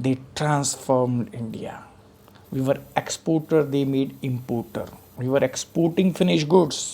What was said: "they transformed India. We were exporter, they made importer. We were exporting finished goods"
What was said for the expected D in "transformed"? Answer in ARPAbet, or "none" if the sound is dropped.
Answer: D